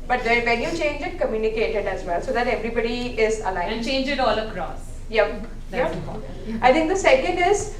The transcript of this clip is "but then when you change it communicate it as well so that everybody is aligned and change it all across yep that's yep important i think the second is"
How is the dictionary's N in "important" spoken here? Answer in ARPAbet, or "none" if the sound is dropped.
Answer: none